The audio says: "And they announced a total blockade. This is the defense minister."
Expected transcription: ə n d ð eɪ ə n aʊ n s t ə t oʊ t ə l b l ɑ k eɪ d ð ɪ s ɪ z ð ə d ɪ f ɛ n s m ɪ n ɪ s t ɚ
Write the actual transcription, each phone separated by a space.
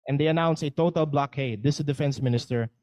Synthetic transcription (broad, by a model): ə n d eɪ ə n aʊ n s ə t oʊ t ə l b l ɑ k eɪ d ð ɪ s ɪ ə d ɪ f ɛ n s m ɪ n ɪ s t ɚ